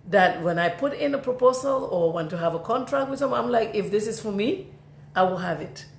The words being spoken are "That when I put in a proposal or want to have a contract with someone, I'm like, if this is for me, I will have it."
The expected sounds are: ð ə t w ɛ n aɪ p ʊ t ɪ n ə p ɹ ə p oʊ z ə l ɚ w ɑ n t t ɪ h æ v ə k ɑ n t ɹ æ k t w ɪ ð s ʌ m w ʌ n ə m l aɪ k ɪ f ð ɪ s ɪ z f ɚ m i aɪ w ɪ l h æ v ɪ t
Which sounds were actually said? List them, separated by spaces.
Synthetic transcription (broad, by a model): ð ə t w ɛ n aɪ p ʊ t ɪ n ə p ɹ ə p oʊ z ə l ɚ w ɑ n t t ɪ h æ v ə k ɑ n t ɹ æ k t w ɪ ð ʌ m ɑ ə m l aɪ k ɪ f ð ɪ s ɪ z f ɚ m i aɪ w ɪ l h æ v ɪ t